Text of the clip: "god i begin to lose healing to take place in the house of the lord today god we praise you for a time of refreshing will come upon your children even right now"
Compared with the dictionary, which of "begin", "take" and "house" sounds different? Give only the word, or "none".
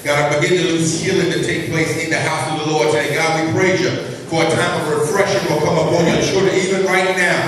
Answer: none